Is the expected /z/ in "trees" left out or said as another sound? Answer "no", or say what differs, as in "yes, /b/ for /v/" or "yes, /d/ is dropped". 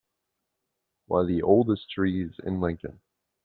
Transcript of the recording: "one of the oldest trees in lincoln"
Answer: no